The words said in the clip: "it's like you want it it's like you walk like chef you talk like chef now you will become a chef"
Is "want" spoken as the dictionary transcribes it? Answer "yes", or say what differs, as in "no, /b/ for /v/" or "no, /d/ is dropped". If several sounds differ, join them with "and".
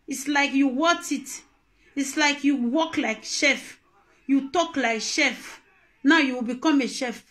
no, /n/ is dropped